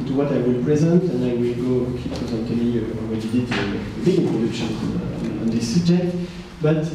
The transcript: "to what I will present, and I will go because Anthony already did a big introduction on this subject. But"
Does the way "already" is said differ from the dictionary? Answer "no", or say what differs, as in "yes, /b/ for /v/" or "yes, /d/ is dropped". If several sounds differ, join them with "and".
yes, /w/ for /ɹ/